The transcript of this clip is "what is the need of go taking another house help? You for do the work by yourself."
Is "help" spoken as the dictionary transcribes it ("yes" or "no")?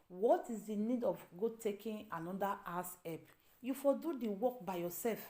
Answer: no